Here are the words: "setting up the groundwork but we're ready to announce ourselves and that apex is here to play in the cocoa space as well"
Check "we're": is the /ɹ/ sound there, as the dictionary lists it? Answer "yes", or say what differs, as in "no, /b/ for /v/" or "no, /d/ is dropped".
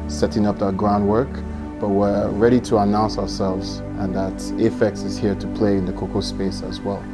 yes